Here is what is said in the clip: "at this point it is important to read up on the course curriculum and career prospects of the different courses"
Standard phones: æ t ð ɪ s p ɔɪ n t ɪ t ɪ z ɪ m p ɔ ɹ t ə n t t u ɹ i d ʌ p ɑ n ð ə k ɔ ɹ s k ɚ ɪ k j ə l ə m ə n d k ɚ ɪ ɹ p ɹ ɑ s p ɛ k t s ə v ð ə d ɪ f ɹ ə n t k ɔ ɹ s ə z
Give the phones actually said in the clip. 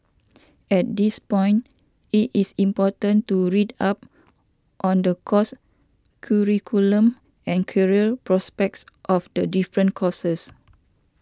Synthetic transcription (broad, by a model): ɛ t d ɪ s p ɔɪ n t ɪ t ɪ s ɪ m p ɔ t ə n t t u ɹ i d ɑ p ɑ n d ə k ɔ s k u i k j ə l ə m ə n k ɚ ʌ l p ɹ ɑ s p ɛ k t s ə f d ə d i f ɹ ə n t k ɔ s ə s